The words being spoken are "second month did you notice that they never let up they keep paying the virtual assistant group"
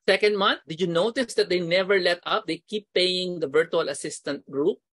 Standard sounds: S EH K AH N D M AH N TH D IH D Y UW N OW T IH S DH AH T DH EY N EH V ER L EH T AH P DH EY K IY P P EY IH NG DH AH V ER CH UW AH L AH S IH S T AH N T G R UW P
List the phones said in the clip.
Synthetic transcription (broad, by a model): S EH K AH N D M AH N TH D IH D Y UW N OW T IH S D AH T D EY N EH V ER L EH T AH P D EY K IY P P EY IH NG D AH V ER CH UW AH L AH S IH S T AH N T G R UW P